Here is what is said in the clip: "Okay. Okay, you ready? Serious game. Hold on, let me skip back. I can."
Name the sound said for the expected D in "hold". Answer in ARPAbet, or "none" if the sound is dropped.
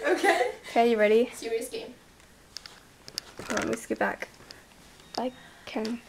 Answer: none